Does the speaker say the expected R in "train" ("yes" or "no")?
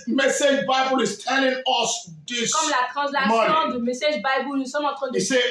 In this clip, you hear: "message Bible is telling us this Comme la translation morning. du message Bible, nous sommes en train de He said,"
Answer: no